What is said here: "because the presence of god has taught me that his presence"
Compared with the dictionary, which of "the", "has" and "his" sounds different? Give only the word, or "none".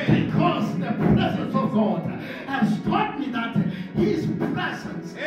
has